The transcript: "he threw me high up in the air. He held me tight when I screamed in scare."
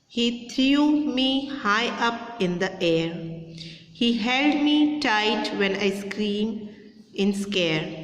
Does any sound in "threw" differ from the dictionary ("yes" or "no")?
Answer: yes